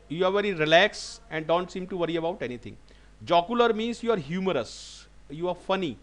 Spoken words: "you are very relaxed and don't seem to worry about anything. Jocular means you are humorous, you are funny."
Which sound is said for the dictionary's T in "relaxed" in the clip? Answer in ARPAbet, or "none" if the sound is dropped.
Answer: none